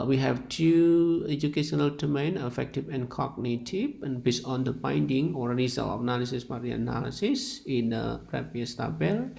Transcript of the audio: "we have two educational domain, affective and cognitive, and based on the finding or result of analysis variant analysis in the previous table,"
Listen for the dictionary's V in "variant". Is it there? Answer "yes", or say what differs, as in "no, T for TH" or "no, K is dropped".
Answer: no, P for V